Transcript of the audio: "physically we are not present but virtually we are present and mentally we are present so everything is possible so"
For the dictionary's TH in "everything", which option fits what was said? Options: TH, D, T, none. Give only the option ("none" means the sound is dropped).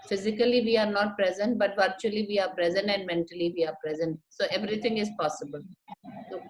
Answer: T